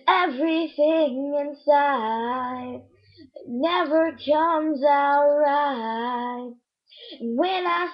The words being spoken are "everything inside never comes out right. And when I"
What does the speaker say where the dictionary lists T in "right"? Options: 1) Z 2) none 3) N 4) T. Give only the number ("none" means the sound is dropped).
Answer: 2